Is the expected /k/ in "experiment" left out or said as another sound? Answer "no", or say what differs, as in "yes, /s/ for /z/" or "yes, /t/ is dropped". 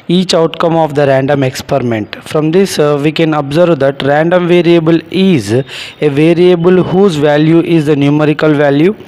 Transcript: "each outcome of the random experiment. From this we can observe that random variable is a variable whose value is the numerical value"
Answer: no